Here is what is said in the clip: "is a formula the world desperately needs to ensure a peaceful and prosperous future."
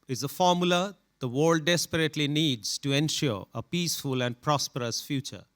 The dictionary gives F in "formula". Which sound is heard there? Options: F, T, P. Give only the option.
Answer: F